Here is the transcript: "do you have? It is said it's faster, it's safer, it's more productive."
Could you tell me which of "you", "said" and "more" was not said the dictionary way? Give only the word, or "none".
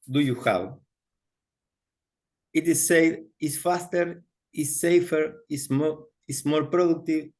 said